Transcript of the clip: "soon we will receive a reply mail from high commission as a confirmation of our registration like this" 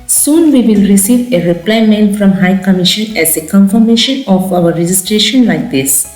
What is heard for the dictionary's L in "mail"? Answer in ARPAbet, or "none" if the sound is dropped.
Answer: N